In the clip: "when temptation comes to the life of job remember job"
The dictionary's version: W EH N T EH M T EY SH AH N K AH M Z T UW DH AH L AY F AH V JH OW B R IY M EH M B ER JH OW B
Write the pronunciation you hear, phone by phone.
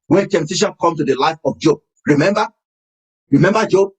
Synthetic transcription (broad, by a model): W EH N T EH M T EY SH AH N K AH M T UW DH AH L AY F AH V JH OW B R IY M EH M B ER JH OW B